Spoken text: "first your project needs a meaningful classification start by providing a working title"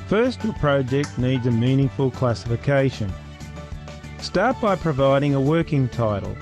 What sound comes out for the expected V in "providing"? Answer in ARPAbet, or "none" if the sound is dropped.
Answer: V